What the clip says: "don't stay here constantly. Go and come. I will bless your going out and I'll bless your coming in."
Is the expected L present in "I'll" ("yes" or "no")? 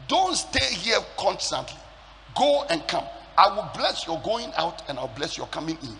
no